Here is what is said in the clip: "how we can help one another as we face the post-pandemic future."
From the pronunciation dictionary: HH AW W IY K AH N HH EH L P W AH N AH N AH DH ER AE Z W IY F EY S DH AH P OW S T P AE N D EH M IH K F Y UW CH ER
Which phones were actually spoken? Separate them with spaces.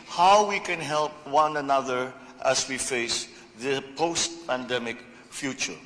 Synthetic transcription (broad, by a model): HH AW W IY K AH N HH EH L P W AH N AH N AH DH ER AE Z W IY F EY S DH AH P OW S T P AE N D EH M IH K F Y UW CH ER